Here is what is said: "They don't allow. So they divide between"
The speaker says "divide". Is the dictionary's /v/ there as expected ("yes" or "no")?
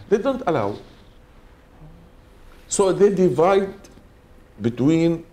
yes